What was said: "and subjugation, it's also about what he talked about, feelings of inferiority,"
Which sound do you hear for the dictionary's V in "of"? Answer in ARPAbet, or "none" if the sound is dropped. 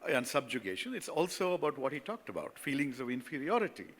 V